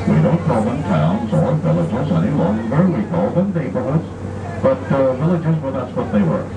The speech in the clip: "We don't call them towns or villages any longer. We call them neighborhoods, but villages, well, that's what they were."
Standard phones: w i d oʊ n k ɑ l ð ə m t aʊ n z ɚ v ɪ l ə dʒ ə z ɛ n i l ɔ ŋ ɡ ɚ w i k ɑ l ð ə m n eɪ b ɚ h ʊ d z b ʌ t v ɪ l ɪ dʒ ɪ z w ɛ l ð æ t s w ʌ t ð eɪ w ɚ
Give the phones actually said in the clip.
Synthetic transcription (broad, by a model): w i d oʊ k ɑ l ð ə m t aʊ n z ɚ v ɪ l ə dʒ ə z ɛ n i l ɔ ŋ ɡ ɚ w i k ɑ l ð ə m n eɪ b ɚ h ʊ d z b ʌ t v ɪ l ɪ dʒ ɪ z w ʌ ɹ ð æ t s w ʌ t ð eɪ w ɚ